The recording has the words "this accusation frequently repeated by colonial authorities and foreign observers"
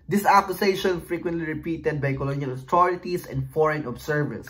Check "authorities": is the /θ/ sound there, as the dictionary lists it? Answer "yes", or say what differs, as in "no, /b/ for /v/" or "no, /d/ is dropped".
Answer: no, /t/ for /θ/